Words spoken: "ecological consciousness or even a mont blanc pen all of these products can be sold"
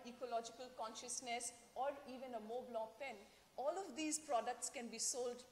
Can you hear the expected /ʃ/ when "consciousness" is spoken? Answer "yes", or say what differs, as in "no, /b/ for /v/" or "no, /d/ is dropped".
yes